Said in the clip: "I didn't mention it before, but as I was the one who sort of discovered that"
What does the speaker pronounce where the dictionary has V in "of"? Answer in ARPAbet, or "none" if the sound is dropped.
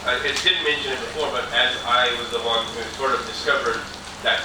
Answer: V